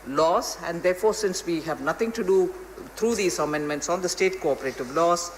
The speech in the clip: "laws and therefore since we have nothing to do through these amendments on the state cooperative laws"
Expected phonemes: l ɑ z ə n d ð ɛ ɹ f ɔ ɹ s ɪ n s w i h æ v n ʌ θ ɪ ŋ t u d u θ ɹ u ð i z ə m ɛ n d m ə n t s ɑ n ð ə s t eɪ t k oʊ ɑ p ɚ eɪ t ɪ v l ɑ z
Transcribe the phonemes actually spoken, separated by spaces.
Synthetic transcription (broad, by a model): l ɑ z ə n d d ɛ ɹ f ɔ ɹ s ɪ n s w i h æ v n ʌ t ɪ ŋ t u d u t ɹ u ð i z ə m ɛ n d m ə n t s ɑ n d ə s t eɪ t k oʊ ɑ p ɚ eɪ t ɪ v l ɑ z